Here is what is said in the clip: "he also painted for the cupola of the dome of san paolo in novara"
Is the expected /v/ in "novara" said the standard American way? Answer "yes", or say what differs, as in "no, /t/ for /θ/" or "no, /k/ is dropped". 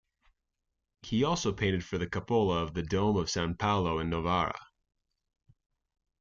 yes